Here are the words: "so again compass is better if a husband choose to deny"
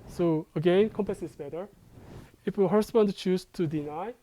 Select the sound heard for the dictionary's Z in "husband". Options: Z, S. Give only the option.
S